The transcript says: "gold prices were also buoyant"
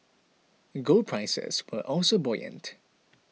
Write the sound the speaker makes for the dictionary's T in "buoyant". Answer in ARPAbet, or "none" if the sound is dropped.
T